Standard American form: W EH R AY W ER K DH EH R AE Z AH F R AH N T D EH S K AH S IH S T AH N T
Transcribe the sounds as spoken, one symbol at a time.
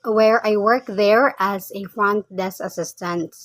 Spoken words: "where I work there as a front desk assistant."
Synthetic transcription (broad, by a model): W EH R AY W ER K DH EH R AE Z AH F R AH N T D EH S AH S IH S T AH N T